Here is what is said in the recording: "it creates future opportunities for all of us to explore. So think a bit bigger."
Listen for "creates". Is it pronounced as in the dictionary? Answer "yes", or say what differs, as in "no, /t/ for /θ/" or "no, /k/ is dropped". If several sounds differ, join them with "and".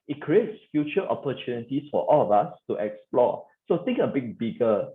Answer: yes